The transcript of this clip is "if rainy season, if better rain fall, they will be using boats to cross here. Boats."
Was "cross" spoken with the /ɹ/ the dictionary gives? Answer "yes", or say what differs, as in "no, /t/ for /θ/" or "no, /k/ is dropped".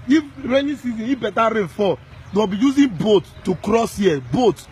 yes